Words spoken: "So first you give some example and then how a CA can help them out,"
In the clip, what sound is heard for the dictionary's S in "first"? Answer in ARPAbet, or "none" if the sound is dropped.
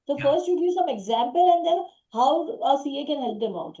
S